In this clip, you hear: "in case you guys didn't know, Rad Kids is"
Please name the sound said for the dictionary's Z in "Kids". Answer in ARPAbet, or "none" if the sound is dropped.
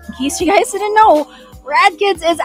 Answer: Z